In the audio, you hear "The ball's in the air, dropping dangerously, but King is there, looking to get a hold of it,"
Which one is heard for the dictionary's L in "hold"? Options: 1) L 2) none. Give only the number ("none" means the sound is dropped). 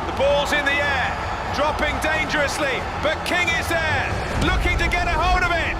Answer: 2